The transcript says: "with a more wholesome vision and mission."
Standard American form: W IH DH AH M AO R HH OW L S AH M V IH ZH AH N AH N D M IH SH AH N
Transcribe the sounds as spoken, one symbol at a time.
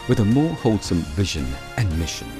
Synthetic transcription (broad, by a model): W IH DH AH M AO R HH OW L S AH M V IH ZH AH N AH N M IH SH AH N